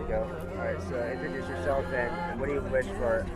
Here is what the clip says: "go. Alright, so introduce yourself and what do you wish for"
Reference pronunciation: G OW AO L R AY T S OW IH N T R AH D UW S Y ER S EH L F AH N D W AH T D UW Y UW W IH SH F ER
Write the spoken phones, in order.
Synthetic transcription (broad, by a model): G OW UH R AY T S OW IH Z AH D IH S Y ER S EH L F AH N W AH T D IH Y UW W IH SH F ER